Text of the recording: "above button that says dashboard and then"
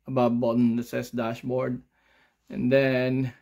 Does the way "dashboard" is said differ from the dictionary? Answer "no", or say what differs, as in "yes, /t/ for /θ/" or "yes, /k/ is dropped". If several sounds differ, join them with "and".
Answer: no